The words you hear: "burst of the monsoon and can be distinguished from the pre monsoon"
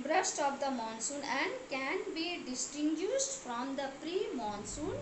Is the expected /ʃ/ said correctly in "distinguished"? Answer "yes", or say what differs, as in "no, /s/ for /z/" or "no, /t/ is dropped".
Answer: no, /s/ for /ʃ/